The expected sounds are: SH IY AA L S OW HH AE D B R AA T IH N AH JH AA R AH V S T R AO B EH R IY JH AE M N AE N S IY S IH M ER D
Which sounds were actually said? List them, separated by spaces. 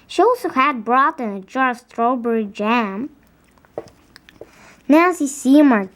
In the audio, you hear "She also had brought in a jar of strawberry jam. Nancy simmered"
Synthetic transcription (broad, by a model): SH IY AA L S OW HH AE D B R AA T IH N AH JH AA R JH S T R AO B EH R IY JH AE M N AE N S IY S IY M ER